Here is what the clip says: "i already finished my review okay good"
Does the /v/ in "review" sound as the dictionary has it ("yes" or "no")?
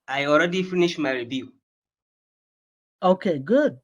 no